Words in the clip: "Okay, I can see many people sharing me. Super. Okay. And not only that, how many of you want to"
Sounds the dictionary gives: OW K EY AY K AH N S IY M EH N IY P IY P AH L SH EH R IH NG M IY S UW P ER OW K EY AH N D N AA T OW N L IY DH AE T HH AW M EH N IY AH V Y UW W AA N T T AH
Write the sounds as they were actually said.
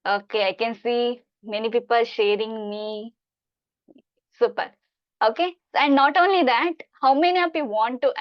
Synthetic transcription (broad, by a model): OW K EY AY K AH N S IY M EH N IY P IY P AH L SH EH R IH NG M IY S UW P ER OW K EY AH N D N AA T OW N L IY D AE T HH AW M EH N IY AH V Y UW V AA N T T